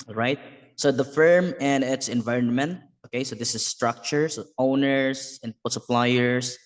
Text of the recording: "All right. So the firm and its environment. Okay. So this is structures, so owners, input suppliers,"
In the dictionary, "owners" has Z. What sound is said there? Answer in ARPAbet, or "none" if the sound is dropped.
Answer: S